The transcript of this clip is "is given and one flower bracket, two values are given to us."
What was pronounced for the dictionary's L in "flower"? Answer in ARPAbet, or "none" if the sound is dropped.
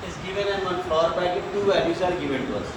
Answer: none